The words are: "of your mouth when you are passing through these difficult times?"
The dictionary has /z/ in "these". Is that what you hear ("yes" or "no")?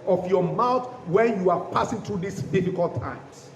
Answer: no